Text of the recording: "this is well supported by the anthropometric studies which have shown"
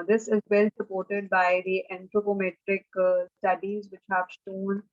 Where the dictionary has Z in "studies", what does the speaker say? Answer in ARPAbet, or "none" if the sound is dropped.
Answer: Z